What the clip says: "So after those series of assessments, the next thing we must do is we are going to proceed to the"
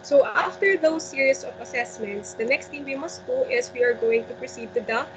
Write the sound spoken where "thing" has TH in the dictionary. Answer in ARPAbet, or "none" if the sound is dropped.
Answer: T